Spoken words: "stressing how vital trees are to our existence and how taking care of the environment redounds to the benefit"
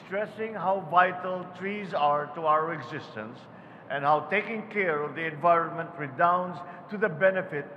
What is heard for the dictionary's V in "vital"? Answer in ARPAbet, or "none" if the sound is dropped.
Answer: V